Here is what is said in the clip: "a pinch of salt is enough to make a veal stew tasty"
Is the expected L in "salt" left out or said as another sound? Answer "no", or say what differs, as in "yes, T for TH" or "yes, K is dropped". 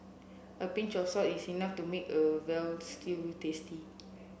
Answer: yes, L is dropped